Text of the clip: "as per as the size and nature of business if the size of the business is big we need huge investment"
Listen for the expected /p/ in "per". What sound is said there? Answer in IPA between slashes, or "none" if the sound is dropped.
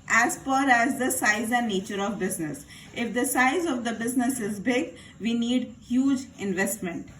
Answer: /f/